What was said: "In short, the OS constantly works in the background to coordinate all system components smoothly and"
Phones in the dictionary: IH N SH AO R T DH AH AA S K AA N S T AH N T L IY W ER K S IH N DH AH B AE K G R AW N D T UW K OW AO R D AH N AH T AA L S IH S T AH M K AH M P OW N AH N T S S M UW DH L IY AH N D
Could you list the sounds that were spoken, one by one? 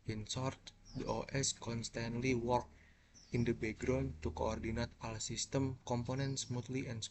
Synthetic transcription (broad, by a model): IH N S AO R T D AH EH S K AA N S T AH N T L IY W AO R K IH N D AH B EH G R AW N T UW K OW AO R D AH N AH T AA L S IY S T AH M K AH M P OW N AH N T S S M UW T L IY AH N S